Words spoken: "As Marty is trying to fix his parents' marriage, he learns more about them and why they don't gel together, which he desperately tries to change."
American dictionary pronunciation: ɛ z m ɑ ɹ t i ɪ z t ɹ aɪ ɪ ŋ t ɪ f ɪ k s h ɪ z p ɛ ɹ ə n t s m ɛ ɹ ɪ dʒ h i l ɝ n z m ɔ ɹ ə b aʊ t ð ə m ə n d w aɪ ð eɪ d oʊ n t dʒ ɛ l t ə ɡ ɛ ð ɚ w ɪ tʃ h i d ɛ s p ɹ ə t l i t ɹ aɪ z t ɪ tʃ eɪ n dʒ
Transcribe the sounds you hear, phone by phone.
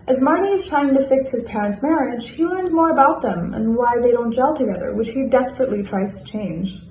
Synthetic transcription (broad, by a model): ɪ z m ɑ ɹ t i ɪ z t ɹ aɪ ɪ ŋ t ɪ f ɪ k s h ɪ z p ɛ ɹ ə n t s m ɛ ɹ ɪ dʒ h i l ɝ n z m ɔ ɹ ə b aʊ t ð ə m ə n w aɪ ð eɪ d oʊ n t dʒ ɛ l t ə ɡ ɛ ð ɚ w ɪ tʃ h i d ɛ s p ɹ ə t l i t ɹ aɪ z t ɪ tʃ eɪ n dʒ